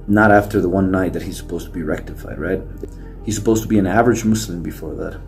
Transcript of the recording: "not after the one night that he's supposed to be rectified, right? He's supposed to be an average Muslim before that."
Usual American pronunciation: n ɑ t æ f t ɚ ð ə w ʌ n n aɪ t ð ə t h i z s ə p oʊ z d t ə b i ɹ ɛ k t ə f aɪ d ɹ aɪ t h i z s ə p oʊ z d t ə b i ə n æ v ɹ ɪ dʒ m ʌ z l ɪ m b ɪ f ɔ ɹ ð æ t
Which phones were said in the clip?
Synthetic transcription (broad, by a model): n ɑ t æ f t ɚ ð ə w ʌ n n aɪ t ð ə t h i z s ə p oʊ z t ə b i ɹ ɛ k t ə f aɪ d ɹ aɪ t h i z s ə p oʊ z t ə b i ə n æ v ɹ ɪ dʒ m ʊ s l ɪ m b ɪ f ɔ ɹ ð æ t